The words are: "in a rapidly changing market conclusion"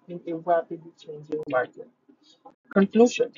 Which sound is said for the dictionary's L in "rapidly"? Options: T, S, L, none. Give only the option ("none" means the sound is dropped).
none